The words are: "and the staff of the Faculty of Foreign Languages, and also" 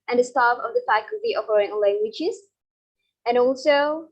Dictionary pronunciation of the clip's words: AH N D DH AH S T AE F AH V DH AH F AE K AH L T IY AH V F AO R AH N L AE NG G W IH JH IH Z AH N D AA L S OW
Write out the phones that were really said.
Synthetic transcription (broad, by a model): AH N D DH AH S T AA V AH V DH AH F AE K AH L T IY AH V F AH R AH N L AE NG G W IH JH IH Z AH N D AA L S OW